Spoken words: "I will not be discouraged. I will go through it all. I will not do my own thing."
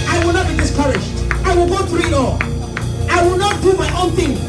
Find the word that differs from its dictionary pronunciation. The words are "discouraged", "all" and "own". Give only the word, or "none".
discouraged